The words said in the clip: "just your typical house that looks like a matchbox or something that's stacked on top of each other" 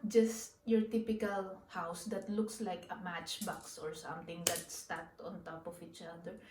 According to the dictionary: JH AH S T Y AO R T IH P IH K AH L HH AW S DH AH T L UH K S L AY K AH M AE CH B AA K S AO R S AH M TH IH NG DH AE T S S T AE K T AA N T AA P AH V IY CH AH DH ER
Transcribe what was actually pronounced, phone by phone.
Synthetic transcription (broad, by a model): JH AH S T Y AO R T IH P IH K AH L HH AW S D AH T L UH K S L AY K AH M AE CH B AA K S AO R S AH M T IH NG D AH T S S T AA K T AA N T AA P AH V IY CH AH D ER